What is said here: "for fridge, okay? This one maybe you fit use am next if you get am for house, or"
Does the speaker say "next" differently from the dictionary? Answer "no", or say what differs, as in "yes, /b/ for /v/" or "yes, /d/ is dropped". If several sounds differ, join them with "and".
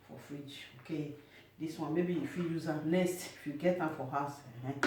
yes, /k/ is dropped